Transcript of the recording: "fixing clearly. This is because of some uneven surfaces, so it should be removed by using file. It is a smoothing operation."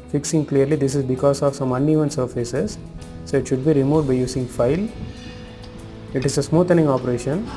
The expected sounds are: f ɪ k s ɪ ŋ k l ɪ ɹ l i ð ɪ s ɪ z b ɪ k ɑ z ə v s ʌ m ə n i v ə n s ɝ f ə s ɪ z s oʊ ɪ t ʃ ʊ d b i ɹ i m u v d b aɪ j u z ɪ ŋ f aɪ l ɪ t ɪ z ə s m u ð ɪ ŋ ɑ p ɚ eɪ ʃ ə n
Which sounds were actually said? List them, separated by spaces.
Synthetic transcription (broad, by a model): f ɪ k s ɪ ŋ k l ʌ ɹ l i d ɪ s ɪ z b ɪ k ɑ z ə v s ʌ m ə n i v ə n s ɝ f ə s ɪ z s oʊ ɪ t ʃ ʊ d b i ɹ i m u v d b aɪ j u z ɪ ŋ f aɪ l ɪ t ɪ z ə s m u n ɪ ŋ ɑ p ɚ eɪ ʃ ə n